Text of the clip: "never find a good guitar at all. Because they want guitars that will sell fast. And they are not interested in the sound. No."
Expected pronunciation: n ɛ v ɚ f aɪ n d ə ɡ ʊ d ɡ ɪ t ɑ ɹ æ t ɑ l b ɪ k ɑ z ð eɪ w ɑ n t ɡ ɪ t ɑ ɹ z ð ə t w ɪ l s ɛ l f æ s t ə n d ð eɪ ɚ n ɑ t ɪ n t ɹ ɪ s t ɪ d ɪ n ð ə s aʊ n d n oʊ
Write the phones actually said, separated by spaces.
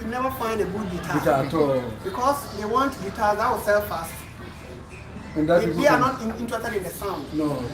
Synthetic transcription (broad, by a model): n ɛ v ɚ f aɪ n d ə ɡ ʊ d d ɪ t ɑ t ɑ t ɑ l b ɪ k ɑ s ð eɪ w ɑ n t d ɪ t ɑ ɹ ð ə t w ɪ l s ɛ l f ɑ s t ə n d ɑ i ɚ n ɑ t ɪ n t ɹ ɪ s t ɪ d ɪ n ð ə s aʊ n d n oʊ